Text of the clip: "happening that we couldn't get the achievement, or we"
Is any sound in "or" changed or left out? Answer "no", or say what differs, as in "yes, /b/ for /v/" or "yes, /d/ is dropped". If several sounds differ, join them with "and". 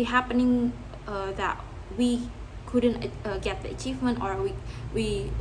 yes, /w/ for /ɹ/